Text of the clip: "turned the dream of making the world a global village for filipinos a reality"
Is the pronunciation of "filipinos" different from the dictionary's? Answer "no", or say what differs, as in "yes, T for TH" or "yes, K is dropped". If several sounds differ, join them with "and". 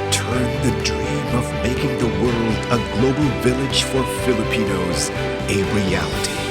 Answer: no